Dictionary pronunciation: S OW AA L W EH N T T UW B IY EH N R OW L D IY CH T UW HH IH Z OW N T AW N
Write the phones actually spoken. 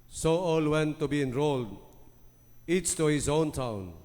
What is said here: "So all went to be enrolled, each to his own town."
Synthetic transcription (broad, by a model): S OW AA L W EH N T T UW B IY EH N R OW L D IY S T UW HH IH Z OW N T AW N